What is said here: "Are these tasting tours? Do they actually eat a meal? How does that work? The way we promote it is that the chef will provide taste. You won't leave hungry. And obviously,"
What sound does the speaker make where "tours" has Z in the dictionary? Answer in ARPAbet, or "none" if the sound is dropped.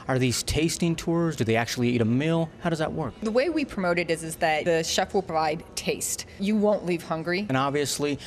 Z